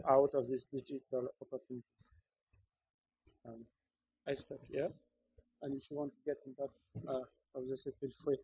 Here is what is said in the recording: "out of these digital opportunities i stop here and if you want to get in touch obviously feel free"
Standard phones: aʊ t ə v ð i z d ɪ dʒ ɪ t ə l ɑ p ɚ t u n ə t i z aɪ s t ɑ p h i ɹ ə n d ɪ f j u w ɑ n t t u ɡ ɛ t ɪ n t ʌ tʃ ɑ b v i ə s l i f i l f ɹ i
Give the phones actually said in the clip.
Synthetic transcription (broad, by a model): aʊ t ə v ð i s d ɪ dʒ ɪ t ə l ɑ p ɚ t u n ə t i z aɪ s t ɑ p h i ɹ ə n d ɪ f j u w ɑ n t t u ɡ ɛ t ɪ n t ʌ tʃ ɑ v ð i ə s i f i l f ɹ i